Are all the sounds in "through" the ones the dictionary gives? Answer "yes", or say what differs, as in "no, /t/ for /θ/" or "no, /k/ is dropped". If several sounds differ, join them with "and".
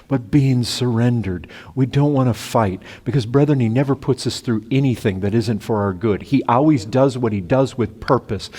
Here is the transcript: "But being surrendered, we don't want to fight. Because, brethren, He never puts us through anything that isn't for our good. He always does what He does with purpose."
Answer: yes